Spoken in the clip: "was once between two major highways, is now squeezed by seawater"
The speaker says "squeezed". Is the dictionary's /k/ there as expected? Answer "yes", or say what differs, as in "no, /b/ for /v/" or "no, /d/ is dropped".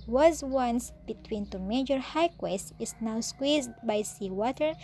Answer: yes